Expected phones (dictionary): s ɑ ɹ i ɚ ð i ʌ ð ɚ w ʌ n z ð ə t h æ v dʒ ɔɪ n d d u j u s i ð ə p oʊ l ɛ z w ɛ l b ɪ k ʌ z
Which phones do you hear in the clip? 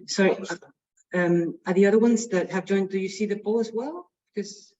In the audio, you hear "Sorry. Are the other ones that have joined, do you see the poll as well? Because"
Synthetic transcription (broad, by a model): s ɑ ɹ i ɚ ð i ʌ ð ɚ w ʌ n z ð ə t h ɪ v dʒ ɔɪ n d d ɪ j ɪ s i ð ə b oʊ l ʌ z w ɛ l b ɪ k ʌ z